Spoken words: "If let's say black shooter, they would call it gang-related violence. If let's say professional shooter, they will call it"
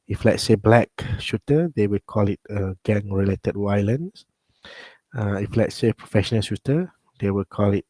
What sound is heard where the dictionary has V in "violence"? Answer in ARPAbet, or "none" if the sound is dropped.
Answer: W